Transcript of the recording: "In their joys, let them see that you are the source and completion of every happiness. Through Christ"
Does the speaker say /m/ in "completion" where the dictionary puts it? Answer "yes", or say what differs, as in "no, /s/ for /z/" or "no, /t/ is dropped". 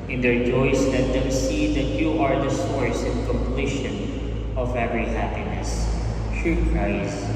yes